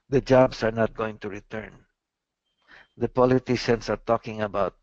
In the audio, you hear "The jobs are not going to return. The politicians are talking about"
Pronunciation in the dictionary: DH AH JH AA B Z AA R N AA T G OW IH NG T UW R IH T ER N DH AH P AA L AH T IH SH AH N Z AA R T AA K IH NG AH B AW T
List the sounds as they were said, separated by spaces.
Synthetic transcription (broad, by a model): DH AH JH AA B S AA R N AA T G OW IH NG T UW R IH T ER N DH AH P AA L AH T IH SH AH N S AA R T AA K IH NG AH B AW T